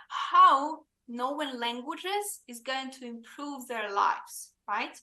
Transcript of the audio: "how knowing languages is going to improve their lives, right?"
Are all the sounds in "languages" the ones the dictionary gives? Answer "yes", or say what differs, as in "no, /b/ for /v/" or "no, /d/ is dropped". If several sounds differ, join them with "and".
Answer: yes